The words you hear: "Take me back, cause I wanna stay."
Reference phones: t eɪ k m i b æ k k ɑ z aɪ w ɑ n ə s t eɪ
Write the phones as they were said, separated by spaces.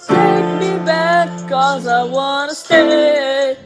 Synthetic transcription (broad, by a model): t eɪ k m i b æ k k ɑ z aɪ w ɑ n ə s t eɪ